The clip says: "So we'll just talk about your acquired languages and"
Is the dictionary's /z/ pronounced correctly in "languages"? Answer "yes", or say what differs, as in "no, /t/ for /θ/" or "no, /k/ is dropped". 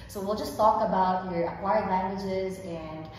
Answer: yes